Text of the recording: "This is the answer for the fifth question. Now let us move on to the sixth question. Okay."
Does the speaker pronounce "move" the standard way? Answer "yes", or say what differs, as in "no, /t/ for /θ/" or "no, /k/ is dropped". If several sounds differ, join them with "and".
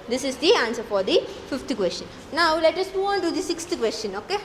no, /v/ is dropped